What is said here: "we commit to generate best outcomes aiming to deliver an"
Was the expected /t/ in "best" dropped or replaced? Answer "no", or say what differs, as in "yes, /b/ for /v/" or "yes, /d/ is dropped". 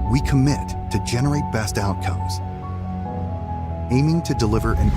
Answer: no